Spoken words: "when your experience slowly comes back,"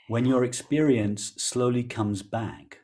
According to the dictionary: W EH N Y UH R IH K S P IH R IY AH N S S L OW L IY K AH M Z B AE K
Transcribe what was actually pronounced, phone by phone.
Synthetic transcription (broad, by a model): W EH N Y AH R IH K S P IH R IY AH N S S L OW L IY K AH M Z B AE K